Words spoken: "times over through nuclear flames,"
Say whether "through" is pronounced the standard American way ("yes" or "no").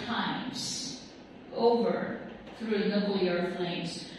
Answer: yes